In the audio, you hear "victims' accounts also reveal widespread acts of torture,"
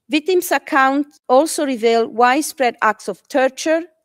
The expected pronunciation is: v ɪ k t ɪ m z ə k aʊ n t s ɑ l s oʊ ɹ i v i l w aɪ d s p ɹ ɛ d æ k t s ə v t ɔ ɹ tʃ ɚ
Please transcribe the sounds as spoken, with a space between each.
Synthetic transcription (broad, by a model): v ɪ k t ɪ m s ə k aʊ n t ɑ l s oʊ ɹ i v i l w aɪ d s p ɹ ɛ d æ k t s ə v t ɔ ɹ tʃ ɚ